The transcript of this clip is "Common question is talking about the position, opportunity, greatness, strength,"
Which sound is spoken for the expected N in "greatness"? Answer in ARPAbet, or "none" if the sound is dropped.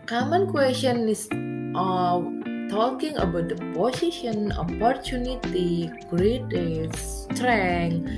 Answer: none